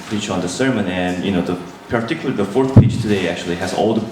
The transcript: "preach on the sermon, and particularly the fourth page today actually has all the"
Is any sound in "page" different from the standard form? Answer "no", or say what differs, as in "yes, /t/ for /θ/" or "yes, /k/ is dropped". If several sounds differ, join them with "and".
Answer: yes, /tʃ/ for /dʒ/